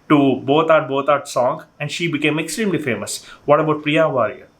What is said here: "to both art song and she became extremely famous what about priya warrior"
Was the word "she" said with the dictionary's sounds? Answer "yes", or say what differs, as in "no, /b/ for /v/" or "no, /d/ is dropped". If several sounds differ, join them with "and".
yes